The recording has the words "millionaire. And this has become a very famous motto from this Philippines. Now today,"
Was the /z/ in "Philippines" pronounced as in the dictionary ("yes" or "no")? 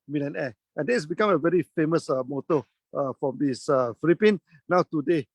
no